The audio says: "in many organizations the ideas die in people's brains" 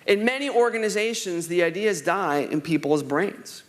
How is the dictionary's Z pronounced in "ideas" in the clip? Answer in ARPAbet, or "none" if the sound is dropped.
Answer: Z